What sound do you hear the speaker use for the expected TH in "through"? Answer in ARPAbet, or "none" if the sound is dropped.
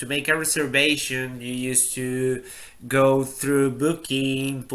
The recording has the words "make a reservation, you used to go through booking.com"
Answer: TH